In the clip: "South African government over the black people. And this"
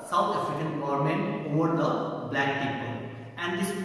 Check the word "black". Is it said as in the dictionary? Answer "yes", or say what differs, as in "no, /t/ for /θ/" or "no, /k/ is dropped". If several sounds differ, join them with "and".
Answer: yes